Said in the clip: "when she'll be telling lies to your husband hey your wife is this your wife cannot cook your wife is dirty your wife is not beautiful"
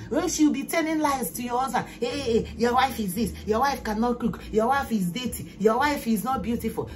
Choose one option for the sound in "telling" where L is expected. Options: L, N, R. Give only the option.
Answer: N